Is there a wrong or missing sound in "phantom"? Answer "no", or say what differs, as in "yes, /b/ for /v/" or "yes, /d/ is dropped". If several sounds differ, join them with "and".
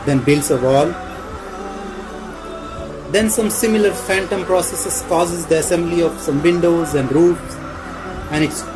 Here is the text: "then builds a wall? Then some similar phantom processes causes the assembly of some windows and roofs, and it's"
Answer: no